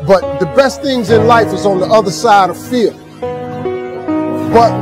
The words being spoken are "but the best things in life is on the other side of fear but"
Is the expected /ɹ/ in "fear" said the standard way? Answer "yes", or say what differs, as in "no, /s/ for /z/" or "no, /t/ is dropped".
no, /l/ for /ɹ/